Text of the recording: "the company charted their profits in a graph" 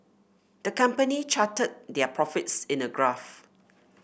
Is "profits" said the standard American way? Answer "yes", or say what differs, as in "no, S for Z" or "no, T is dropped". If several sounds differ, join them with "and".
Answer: yes